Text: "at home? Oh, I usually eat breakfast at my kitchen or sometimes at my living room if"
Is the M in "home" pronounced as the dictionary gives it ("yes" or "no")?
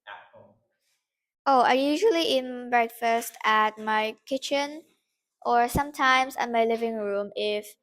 no